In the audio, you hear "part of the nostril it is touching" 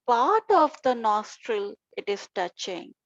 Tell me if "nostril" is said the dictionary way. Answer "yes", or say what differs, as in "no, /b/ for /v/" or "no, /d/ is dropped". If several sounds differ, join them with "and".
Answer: yes